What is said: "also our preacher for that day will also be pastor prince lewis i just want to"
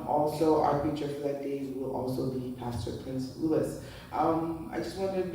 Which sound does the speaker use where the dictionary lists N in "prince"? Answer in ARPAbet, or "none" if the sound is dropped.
N